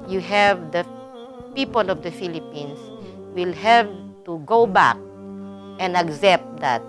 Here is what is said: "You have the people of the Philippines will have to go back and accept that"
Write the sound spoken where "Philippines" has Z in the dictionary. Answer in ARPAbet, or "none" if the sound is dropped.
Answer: S